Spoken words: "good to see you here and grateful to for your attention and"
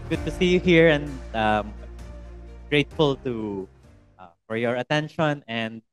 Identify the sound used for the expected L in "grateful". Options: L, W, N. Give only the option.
L